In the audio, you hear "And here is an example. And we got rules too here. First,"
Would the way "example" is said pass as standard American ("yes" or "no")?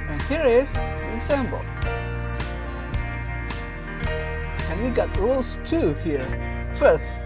no